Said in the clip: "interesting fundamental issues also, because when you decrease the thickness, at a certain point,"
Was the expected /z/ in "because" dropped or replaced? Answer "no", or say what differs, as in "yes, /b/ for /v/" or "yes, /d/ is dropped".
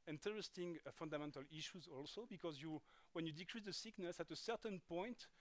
no